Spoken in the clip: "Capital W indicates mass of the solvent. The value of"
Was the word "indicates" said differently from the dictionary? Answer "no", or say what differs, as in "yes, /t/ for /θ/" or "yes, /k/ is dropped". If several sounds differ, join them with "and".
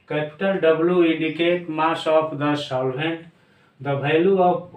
yes, /s/ is dropped